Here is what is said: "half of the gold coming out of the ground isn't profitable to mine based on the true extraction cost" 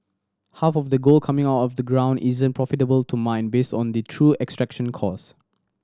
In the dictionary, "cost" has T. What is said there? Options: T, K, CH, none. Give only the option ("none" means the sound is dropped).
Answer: none